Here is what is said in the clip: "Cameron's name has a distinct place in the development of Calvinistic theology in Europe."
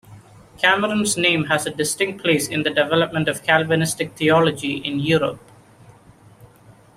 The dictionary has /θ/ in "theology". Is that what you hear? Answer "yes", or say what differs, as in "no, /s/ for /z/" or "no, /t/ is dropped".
no, /t/ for /θ/